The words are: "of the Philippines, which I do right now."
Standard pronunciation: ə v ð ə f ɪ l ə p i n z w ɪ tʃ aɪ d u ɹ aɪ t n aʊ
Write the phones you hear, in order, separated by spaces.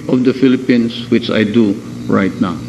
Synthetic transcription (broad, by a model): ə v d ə f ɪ l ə p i n s w ɪ tʃ aɪ d u ɹ aɪ t n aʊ